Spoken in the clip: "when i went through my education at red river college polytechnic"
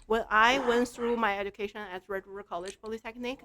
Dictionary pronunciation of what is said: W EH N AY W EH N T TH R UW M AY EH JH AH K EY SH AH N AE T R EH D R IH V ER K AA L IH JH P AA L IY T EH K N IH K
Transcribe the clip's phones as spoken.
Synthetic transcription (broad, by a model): W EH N AY W EH N T TH R UW M AY EH JH AH K EY SH AH N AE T R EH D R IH ER K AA L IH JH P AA L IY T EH K N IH K